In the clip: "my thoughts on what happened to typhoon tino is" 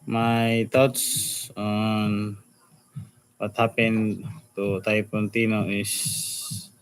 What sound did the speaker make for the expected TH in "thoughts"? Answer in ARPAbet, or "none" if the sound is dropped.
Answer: T